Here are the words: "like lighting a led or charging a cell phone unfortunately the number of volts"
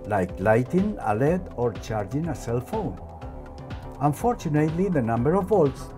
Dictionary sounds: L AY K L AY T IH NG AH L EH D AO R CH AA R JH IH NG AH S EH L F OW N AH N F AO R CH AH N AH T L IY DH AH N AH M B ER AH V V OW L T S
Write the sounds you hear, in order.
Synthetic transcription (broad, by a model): L AY K L AY T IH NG AH L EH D AO R CH AA R JH IH NG AH S EH L F OW N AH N F AO R CH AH N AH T L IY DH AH N AH M B ER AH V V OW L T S